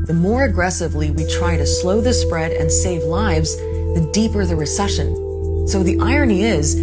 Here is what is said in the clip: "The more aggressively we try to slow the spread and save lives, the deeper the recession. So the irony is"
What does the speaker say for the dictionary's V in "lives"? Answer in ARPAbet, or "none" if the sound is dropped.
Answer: V